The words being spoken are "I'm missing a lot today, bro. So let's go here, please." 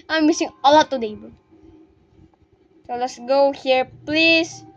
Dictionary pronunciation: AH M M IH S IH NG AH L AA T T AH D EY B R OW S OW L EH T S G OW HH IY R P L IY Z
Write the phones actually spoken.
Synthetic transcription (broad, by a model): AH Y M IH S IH NG AH L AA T T AH D EY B OW S OW L EH T S G OW HH IY R P L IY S